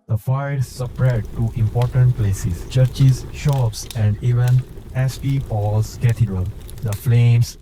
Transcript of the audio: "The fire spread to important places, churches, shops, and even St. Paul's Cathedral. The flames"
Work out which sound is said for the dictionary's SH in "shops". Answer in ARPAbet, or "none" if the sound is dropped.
SH